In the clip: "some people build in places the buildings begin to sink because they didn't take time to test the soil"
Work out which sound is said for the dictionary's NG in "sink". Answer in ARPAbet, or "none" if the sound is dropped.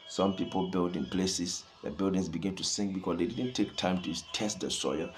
NG